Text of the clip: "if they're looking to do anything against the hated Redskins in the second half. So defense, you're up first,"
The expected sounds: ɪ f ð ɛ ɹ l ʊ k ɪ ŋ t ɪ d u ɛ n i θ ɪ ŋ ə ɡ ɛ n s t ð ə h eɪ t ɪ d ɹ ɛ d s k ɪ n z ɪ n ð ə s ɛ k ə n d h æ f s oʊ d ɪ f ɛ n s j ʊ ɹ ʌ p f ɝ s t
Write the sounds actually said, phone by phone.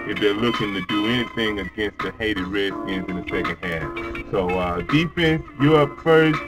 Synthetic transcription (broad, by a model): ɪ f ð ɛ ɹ l ʊ k ɪ ŋ t ɪ d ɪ ɛ n i θ ɪ ŋ ə ɡ ɛ n s t ð ə h eɪ t ɪ d ɹ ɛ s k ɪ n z ɪ n ð ə s ɛ k ə n d h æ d s oʊ d ɪ f ɛ n s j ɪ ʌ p f ɝ s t